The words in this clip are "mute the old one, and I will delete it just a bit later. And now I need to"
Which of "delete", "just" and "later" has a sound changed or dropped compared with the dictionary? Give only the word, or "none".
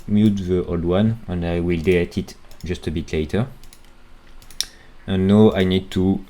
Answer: delete